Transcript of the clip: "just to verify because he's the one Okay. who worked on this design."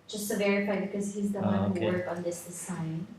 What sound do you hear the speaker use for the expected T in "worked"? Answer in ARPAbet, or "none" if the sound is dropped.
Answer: none